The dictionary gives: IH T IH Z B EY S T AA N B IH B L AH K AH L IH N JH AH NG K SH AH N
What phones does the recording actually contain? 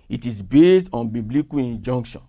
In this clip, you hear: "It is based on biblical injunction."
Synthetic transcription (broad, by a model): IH T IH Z B EY S T AA N B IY B L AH K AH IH N JH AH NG K SH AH N